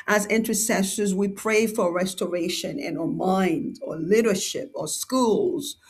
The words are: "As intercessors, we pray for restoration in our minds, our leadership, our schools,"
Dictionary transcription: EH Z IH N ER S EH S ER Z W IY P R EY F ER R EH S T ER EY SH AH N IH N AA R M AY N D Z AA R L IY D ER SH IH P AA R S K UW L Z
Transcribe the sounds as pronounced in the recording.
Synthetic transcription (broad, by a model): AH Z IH N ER S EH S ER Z W IY P R EY F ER R EH S T ER EY SH AH N IH N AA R M AY N D AA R L IY D ER SH IH P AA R S K UW L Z